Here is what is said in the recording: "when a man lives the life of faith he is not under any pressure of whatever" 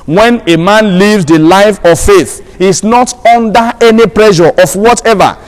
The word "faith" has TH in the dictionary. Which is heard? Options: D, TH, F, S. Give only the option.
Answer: TH